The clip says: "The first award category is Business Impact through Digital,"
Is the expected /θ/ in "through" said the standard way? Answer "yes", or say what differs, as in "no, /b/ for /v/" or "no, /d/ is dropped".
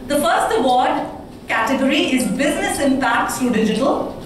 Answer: no, /s/ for /θ/